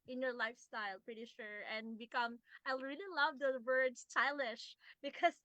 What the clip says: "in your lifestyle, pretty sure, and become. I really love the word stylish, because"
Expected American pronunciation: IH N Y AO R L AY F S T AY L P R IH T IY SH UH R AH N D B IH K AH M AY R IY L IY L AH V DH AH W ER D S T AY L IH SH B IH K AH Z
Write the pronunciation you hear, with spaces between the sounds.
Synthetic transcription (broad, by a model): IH N Y AO R L AY F S T AY L P R IH T IY SH UH R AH N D B IH K AH M AY R IY L IY L AH V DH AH W ER D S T AY L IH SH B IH K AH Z